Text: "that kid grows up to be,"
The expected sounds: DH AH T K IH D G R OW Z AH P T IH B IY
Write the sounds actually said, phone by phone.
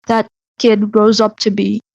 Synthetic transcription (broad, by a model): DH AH T K IH D G R OW Z AH P T IH B IY